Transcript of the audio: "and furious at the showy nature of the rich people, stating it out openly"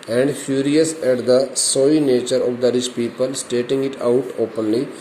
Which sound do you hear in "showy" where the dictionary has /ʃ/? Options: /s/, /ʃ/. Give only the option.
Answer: /s/